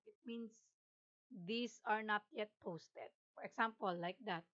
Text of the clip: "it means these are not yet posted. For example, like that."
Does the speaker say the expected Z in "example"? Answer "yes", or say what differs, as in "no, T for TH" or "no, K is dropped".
no, S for Z